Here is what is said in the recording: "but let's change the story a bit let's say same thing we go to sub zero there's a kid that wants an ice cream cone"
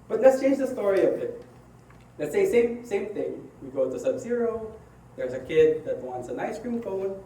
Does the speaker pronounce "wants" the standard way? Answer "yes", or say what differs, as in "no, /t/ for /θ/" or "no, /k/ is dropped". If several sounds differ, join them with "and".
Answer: yes